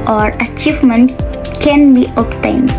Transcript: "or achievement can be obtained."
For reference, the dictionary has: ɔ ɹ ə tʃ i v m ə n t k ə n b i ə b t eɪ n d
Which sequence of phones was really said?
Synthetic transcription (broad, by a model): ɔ ɹ ə tʃ i v m ə n t k ə n b i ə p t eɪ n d